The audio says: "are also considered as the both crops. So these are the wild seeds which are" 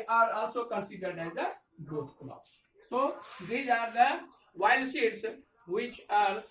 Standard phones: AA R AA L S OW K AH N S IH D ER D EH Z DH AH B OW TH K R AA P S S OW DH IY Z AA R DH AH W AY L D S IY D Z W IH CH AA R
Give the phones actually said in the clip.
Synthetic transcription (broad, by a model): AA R AA L S OW K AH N S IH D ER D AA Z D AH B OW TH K L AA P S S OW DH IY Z AA R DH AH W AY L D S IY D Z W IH CH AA R